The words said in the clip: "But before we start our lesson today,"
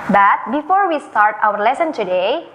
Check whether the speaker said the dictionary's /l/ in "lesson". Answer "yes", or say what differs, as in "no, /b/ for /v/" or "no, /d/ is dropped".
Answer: yes